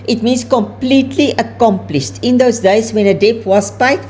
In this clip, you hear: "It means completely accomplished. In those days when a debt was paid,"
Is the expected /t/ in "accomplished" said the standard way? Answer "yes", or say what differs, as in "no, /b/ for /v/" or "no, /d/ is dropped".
yes